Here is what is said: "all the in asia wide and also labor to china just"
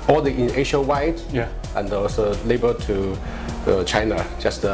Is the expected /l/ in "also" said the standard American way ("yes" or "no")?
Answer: no